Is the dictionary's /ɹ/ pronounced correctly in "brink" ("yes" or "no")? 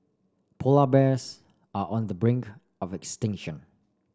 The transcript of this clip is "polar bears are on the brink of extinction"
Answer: yes